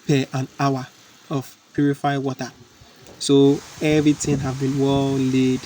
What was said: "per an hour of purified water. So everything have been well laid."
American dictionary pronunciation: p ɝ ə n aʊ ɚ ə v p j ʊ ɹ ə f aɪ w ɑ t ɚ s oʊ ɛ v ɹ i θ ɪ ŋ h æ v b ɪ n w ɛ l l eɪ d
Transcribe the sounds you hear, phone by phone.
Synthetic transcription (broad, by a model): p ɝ ə n aʊ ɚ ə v p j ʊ ɹ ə f aɪ w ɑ t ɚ s oʊ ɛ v ɹ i t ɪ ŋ h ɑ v b ɪ n w ɛ l l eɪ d